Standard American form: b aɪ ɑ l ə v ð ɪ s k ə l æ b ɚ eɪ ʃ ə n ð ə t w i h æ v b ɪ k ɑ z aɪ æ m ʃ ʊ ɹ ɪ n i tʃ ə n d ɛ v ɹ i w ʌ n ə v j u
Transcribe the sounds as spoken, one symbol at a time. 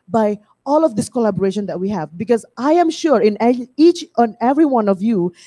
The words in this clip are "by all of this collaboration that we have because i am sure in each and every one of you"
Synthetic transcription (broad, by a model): b aɪ ɑ l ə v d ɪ s k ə l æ b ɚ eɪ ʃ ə n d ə t w i h æ v b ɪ k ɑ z aɪ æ m ʃ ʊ ɹ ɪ n i tʃ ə n ɛ v ɹ i w ʌ n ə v j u